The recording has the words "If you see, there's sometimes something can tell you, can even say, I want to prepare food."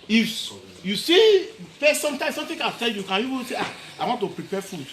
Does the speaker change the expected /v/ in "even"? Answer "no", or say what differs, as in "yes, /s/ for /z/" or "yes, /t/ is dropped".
yes, /w/ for /v/